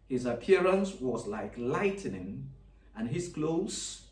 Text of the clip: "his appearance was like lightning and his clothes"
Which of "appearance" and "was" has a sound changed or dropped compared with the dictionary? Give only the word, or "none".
none